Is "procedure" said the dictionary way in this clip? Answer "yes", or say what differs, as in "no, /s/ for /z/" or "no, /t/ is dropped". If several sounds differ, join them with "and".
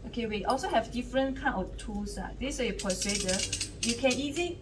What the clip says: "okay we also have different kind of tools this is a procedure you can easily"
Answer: no, /ɹ/ is dropped